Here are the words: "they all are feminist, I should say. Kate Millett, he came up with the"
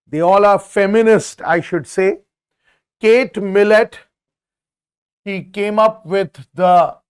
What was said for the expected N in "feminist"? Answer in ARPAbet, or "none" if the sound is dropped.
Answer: N